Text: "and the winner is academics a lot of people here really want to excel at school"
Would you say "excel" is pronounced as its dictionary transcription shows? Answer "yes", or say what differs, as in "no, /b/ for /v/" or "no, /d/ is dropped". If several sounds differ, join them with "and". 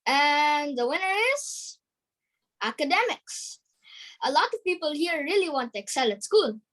yes